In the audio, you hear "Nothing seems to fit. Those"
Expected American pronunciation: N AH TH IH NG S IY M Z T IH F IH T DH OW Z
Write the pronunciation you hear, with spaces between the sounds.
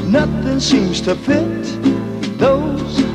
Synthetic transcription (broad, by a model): N AH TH IH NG S IY M Z T IH P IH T DH OW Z